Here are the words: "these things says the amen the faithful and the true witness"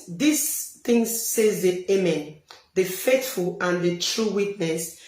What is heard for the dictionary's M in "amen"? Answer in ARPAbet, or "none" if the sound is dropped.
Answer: M